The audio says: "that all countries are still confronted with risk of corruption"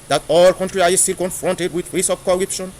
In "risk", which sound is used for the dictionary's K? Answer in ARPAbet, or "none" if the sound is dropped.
none